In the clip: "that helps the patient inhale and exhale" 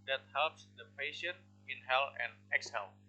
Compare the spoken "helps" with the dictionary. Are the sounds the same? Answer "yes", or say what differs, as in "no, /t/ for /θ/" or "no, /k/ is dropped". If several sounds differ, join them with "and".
yes